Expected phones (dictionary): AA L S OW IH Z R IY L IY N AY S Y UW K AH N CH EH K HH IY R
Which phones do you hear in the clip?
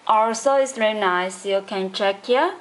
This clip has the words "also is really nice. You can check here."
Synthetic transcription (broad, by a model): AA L S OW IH S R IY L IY N AY S Y UW K AH N CH EH K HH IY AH